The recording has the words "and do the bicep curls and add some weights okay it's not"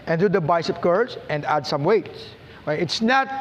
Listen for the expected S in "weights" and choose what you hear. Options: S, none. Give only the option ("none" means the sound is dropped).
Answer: S